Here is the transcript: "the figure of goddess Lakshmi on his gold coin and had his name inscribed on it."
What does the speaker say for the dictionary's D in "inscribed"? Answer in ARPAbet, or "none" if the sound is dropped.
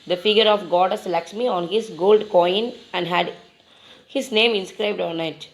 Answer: D